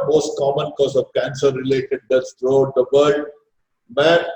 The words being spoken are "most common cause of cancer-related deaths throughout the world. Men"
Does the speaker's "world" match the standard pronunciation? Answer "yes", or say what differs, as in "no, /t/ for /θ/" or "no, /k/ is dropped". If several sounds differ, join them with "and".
no, /l/ is dropped